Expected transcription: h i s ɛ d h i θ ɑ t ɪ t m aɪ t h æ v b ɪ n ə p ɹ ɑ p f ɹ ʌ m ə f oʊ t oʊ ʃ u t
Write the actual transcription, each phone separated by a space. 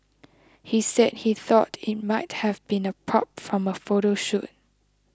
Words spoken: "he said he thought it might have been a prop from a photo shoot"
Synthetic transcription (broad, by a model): h i s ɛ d h i θ ɑ t ɪ t m aɪ t h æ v b ɪ n ə p ɹ ɑ p f ɹ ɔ m ə f oʊ t oʊ ʃ u t